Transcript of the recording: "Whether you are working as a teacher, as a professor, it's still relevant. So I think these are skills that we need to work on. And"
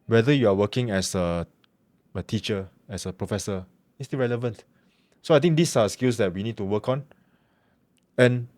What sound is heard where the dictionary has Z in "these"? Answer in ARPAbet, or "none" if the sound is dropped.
S